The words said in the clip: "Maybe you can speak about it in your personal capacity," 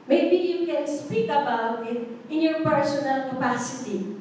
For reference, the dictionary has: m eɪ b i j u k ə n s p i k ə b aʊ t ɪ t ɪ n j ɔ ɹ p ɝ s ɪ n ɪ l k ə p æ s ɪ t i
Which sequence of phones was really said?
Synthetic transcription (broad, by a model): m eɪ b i j u k ə n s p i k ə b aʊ ɪ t ɪ n j ɔ ɹ p ɝ s ɪ n ɪ l k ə p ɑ s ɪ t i